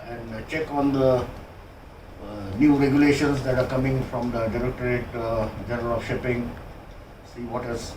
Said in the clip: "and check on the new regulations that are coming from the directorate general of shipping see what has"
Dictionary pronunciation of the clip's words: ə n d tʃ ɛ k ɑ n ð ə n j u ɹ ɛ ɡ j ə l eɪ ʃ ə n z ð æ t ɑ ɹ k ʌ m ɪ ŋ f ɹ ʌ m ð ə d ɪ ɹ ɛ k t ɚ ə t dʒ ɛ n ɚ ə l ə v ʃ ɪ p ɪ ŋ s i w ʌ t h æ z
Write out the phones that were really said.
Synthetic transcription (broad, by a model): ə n d tʃ ɛ k ɑ n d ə n j u ɹ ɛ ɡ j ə l eɪ ʃ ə n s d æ t ɑ ɹ k ʌ m ɪ ŋ f ɹ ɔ m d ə d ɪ ɹ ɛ k t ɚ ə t dʒ ɛ n ɚ ə l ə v ʃ ɪ p ɪ ŋ s i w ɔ t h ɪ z